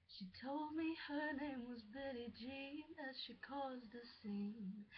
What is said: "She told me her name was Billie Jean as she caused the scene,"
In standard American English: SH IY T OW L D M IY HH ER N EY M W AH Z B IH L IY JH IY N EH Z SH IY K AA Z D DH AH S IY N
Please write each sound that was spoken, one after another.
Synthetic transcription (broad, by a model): SH IY T OW L D M IY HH ER N EY M W AH Z B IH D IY JH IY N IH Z SH IY K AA Z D DH AH S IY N